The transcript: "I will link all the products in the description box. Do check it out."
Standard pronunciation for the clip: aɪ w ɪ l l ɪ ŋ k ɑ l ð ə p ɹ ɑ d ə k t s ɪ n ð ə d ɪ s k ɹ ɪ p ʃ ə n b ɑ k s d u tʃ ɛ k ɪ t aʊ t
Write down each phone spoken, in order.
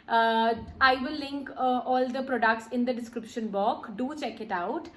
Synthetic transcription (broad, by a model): aɪ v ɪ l l ɪ ŋ k ɑ l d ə p ɹ ɑ d ə k t s ɪ n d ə d ɪ s k ɹ ɪ p ʃ ə n b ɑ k d u tʃ ɛ k ɪ t aʊ t